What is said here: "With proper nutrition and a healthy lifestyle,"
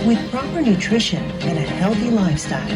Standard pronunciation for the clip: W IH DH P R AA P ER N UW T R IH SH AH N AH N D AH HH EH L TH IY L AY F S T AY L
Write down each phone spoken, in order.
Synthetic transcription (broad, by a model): W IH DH P R AA P ER N UW T R IH SH AH N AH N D AH HH EH L TH IY L AY F S T AY L